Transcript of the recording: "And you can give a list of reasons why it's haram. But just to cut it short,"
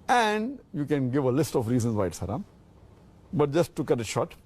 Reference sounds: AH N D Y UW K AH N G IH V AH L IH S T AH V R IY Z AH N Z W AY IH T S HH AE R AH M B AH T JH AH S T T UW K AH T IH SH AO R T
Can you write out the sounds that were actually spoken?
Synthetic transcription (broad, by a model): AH N D Y UW K AH N G IH V AH L IH S T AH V R IY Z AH N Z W AY IH T S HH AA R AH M B AH T JH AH S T T UW K AH T IH SH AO T